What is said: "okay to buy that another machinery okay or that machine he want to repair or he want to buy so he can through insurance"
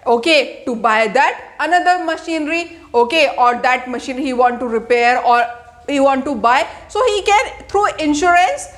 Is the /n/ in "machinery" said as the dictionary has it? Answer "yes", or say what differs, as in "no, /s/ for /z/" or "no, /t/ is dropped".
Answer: yes